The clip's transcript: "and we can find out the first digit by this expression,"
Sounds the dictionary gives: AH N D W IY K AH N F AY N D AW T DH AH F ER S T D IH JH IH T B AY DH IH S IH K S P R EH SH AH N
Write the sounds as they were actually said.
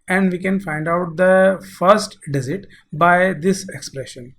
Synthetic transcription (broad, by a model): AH N D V IY K AH N F AY N D AW T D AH F ER S T D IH Z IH T B AY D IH S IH K S P R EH SH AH N